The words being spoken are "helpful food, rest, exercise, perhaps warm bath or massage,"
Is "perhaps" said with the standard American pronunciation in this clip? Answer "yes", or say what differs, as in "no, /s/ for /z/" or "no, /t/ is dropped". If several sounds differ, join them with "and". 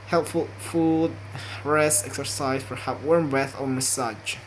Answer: no, /s/ is dropped